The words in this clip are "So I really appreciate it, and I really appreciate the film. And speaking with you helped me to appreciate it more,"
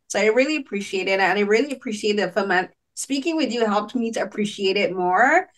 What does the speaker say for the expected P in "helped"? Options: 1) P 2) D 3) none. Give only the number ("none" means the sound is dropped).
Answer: 1